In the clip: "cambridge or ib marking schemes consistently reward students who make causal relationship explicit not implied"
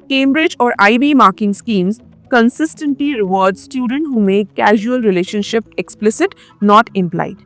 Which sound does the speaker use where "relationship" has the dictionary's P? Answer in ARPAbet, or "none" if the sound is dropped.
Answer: P